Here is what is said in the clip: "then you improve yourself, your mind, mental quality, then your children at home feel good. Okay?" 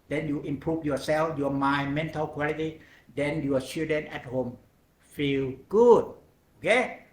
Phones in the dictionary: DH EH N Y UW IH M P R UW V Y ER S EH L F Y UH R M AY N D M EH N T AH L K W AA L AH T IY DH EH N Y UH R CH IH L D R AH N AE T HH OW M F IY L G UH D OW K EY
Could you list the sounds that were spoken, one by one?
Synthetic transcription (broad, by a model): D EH N Y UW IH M P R UW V Y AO S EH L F Y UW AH M AY M EH N T AH L K W AA L AH T IY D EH N Y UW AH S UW D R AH N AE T HH OW M F IY L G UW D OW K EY